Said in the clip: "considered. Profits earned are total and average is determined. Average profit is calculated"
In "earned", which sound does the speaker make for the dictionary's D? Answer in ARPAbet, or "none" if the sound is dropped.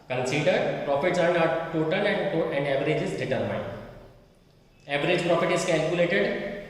none